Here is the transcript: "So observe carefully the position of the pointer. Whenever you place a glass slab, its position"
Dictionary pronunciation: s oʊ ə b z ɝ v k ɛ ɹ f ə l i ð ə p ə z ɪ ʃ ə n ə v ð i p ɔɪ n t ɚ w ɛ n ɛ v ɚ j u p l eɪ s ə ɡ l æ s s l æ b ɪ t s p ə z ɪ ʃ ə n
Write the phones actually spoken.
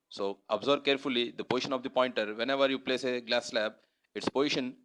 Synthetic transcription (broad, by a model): s oʊ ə b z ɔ b k ɛ ɹ f ə l i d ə p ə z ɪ ʃ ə n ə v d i p ɔɪ n t ɚ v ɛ n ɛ v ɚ j u p l eɪ s ə ɡ l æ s s l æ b ɪ t s p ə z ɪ ʃ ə n